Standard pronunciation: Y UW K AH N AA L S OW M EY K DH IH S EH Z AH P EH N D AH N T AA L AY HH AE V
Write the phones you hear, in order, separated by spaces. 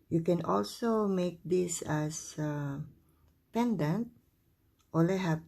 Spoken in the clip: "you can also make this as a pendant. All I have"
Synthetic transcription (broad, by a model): Y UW K AH N AA L S OW M EY K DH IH S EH S AH P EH N D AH N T AA L AY HH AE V